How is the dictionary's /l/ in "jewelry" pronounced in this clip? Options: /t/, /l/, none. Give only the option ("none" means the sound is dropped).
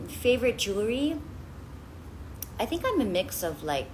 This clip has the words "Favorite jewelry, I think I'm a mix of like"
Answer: none